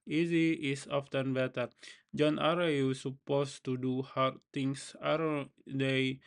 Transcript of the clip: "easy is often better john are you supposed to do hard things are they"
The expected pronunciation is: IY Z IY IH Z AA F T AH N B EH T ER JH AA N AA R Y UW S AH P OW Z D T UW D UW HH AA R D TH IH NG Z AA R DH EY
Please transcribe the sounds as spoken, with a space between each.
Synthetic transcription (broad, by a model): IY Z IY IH S AA F T AH N B EH T ER JH AA N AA R Y UW S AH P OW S T UW D UW HH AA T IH NG S AA R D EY